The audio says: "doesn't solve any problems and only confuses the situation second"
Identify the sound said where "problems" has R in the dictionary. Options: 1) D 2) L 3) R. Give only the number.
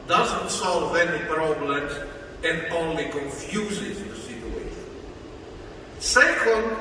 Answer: 3